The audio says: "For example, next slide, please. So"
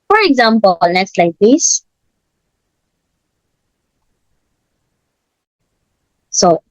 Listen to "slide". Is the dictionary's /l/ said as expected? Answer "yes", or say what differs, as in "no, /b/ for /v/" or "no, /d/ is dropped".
yes